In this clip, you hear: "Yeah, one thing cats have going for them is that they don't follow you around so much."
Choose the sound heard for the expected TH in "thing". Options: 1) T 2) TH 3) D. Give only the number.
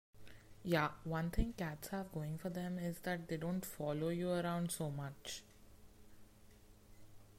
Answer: 1